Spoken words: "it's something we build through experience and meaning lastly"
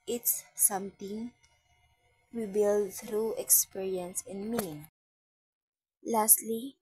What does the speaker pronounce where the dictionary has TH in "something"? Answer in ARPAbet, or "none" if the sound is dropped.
T